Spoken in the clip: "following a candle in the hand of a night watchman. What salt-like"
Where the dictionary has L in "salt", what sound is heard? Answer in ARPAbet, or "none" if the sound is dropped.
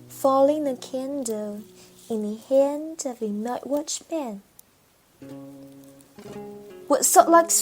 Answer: none